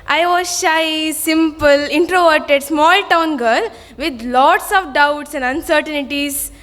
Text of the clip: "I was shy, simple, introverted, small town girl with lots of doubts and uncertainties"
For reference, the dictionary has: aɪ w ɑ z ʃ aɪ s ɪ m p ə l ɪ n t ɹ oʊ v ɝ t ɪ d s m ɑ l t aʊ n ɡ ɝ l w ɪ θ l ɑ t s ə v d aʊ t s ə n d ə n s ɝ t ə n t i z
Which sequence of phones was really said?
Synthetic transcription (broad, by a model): aɪ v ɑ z ʃ aɪ s ɪ m p ə l ɪ n t ɹ oʊ v ɝ t ɪ d s m ɑ l t aʊ n ɡ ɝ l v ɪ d l ɑ t s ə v d aʊ t s ə n d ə n s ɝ t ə n t i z